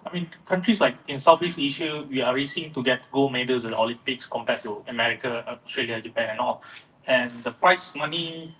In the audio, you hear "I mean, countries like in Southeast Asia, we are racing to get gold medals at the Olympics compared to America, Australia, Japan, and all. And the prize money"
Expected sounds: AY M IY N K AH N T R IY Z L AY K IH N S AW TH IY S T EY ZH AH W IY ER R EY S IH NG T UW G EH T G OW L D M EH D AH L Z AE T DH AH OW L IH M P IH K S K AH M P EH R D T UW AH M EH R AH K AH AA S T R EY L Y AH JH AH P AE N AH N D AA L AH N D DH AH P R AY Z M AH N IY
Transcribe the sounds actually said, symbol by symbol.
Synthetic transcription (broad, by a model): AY M IY N K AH N T R IY S L AY K IH N S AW F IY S EY SH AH W IY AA R EY S IH NG T UW G EH T G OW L M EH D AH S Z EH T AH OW L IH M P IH K S K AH M P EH T UW AH M EH R AH K AH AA S T R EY L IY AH JH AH P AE N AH N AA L AH N D AH P R AY S M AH N IY